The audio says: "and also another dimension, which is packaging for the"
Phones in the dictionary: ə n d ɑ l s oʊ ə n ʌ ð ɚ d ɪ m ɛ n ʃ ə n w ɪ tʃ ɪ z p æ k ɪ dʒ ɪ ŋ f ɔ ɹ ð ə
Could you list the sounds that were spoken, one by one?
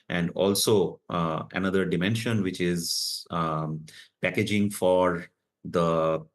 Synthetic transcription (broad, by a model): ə n d ɑ l s oʊ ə n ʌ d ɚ d ɪ m ɛ n ʃ ə n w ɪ tʃ ɪ z p æ k ɪ dʒ ɪ ŋ f ɔ ɹ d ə